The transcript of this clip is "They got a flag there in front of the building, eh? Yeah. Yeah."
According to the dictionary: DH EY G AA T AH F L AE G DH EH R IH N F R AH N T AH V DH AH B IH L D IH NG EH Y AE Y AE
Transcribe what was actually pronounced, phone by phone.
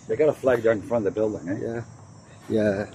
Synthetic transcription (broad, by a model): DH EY G AA T AH F L AE G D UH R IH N F R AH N AH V DH AH B IH L D IH NG EH Y AE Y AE